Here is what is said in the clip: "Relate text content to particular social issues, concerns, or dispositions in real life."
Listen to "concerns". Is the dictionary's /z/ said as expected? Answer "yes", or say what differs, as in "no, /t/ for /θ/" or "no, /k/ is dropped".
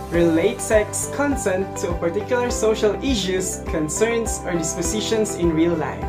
no, /s/ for /z/